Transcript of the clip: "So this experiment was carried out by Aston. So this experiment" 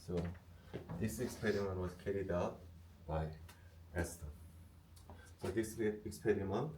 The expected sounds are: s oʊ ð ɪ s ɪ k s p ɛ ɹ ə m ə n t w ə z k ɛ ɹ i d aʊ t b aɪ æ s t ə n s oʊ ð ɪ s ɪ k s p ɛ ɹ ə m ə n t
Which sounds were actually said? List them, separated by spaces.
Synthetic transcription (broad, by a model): s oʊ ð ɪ s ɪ k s p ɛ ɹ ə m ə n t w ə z k ɛ ɹ i d aʊ t b aɪ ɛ s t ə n s oʊ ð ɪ s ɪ k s p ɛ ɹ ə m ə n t